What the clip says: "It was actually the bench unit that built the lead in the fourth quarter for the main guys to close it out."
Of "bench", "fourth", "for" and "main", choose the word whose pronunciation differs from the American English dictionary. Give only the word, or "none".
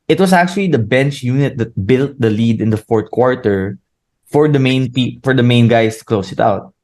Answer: fourth